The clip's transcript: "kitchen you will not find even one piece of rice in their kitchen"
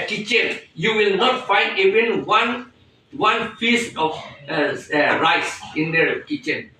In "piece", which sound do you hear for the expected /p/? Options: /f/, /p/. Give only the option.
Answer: /f/